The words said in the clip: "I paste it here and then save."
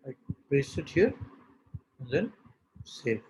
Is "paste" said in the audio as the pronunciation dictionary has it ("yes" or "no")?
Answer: no